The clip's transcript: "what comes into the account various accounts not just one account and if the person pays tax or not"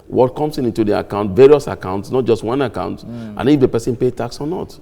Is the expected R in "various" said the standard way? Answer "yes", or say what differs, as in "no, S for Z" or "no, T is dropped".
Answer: yes